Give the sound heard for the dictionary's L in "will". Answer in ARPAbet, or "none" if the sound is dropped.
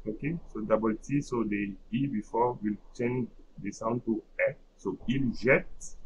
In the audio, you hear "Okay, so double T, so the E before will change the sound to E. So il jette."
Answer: L